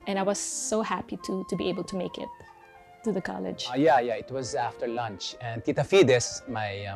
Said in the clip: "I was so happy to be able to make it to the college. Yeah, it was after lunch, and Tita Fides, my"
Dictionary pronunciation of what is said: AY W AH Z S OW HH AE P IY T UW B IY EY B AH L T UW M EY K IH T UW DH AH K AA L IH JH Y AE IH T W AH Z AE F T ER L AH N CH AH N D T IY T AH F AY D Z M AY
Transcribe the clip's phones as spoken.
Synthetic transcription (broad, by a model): AY W AH Z S OW HH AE P IY T UW B IY EY B AH L T UW M EY K IH T UW DH AH K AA L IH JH Y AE IH T W AH Z AE F T ER L AH N CH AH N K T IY T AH F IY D S M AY